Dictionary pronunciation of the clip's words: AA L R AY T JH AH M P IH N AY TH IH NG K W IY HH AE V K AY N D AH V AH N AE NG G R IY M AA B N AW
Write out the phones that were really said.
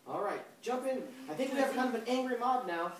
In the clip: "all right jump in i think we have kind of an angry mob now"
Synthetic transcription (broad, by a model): AA L R AY T JH AH M P IH N AY TH IH NG K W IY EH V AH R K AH B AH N AE NG G R IY M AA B N AW